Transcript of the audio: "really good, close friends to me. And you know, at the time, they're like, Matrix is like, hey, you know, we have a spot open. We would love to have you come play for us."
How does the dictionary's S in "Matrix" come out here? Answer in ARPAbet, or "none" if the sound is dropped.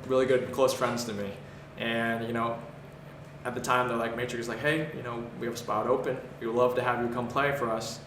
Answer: none